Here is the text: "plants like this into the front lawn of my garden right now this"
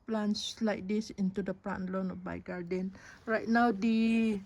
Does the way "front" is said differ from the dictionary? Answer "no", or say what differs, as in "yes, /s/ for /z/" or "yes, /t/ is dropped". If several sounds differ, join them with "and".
yes, /p/ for /f/